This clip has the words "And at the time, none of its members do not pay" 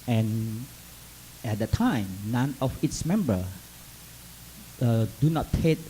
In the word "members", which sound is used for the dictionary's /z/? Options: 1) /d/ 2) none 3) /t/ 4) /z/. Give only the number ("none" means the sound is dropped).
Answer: 2